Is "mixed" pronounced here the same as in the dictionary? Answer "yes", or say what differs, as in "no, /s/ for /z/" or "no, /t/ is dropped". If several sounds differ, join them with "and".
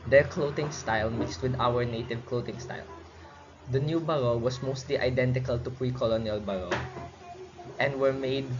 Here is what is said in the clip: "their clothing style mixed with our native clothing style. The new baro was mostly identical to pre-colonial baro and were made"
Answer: yes